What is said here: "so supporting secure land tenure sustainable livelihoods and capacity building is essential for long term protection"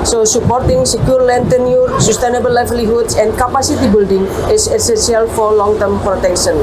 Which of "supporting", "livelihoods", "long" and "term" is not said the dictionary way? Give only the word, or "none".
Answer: livelihoods